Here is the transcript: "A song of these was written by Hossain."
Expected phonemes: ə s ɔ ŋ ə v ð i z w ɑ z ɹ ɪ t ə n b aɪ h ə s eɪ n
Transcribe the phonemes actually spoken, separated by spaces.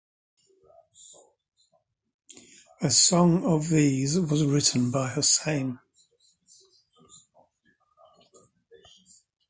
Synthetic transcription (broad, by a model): ə s ɔ ŋ ə v ð i z w ɑ z ɹ ɪ t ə n b aɪ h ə s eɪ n